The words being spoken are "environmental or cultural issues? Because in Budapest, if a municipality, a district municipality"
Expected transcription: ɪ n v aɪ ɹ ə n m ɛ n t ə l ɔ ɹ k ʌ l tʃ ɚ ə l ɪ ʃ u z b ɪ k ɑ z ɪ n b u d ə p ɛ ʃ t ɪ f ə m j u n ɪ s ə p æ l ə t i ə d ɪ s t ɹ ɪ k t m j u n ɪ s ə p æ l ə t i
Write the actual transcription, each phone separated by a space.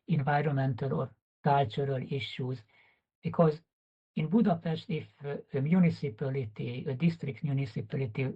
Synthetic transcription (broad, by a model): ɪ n v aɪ ɹ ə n m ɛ n t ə l ɔ ɹ k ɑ l tʃ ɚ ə l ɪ ʃ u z b ɪ k ɑ z ɪ n b u d ə p ɛ ʃ t ɪ f ə m j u n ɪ s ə p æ l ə t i ə d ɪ s t ɹ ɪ k t m j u n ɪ s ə p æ l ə t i